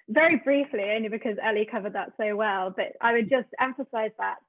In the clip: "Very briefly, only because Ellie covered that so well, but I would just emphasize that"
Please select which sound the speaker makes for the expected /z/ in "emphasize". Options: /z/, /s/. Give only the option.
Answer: /z/